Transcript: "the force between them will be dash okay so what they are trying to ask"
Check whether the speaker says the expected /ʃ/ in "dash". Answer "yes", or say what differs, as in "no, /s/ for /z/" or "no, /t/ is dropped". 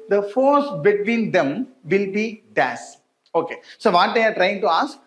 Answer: no, /s/ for /ʃ/